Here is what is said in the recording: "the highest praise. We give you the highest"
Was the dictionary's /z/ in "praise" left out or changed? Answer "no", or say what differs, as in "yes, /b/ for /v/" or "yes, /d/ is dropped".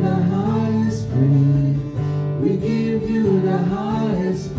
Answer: yes, /z/ is dropped